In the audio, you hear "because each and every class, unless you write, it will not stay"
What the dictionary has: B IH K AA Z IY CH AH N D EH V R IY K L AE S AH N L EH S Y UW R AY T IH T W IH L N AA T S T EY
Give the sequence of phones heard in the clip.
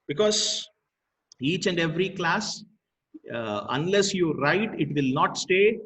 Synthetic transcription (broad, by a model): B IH K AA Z IY CH AH N D EH V R IY K L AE S AH N L EH S Y UW R AY T IH T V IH L N AA T S T EY